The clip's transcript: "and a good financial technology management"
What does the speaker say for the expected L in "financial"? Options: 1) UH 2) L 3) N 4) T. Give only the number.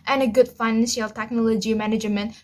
2